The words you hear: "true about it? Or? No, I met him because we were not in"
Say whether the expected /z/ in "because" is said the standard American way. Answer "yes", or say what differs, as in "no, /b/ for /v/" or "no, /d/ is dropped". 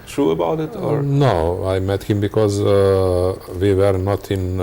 yes